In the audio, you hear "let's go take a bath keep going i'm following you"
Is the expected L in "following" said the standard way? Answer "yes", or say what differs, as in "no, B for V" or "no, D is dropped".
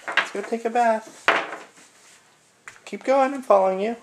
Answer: yes